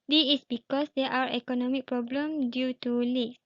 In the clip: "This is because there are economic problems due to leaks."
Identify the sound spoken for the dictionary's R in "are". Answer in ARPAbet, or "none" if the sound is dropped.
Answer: W